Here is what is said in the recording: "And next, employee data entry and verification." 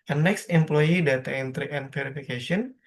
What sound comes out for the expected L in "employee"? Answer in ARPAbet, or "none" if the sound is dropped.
L